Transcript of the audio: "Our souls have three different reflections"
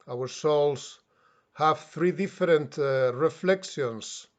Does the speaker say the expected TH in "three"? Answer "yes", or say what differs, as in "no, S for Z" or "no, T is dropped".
yes